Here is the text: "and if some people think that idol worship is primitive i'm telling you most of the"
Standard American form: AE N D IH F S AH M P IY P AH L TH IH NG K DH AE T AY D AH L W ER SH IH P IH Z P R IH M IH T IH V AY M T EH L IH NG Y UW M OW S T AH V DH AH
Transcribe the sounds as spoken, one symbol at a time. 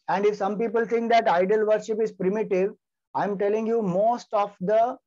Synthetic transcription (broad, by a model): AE N D IH F S AH M P IY P AH L T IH NG K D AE T AY D AH L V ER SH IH P IH Z P R IH M IH T IH V AY M T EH L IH NG Y UW M OW S T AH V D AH